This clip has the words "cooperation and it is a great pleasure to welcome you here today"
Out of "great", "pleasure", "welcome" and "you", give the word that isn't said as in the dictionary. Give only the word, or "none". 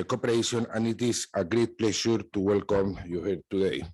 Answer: pleasure